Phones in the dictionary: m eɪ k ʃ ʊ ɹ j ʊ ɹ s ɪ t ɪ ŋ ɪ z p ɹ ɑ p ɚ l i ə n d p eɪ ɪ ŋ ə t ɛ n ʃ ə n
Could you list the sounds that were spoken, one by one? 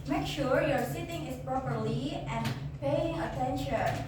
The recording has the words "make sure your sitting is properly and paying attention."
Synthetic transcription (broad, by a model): m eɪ k ʃ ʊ ɹ j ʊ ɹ s ɪ t ɪ ŋ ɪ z p ɹ ɑ p ɚ l i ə n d p eɪ ɪ ŋ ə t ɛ n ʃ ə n